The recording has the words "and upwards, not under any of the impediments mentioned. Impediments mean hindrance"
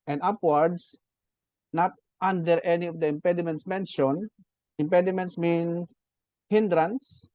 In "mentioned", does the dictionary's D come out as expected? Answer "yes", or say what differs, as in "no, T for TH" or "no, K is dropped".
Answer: no, D is dropped